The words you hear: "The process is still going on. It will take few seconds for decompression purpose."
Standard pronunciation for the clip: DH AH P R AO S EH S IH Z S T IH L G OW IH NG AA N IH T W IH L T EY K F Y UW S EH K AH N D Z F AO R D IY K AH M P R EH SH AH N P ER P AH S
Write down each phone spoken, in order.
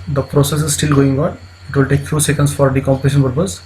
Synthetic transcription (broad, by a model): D AH P R AO S EH S IH Z S T IH L G OW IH NG AA N IH T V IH L T EY K F Y UW S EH K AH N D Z F AO R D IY K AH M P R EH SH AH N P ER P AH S